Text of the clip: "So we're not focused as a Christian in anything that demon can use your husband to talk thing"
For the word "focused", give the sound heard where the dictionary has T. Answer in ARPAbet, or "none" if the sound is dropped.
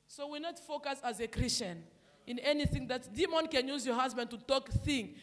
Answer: none